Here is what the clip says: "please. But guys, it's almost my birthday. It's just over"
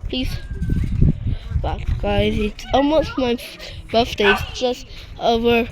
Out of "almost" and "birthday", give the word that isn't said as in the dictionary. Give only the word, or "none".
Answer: birthday